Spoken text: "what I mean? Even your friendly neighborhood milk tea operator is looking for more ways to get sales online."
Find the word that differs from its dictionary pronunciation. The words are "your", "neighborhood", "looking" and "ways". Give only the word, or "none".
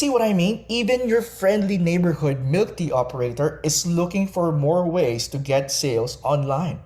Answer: ways